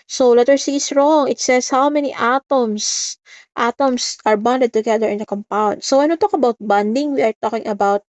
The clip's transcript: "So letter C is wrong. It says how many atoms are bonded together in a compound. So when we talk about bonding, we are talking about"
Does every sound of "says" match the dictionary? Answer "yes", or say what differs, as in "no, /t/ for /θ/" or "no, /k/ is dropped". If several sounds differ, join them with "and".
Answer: no, /s/ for /z/